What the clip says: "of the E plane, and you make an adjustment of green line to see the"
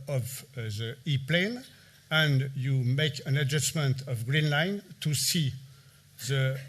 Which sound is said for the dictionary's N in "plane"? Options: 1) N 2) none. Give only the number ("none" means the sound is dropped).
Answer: 1